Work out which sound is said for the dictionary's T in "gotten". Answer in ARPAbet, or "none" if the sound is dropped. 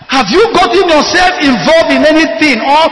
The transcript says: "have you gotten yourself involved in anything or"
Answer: T